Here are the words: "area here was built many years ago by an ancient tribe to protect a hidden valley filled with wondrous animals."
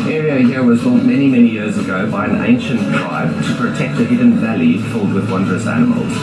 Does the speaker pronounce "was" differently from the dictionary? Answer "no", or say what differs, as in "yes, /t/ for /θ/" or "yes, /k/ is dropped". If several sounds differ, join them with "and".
no